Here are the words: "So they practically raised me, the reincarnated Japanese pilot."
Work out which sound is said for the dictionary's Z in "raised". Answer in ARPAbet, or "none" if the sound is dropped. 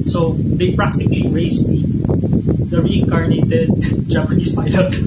S